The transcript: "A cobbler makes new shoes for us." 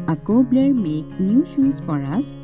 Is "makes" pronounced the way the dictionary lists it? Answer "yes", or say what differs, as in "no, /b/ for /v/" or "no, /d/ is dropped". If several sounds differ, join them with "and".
no, /s/ is dropped